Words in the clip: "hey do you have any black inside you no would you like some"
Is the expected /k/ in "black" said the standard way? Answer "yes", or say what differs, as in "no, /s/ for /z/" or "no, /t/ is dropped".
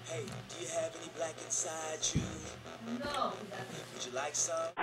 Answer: yes